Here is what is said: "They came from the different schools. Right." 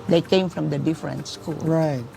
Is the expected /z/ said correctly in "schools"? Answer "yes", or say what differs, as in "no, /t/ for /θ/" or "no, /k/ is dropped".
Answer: no, /z/ is dropped